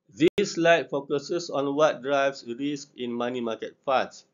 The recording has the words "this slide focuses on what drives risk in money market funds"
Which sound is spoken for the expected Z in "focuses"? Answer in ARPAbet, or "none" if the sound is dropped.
S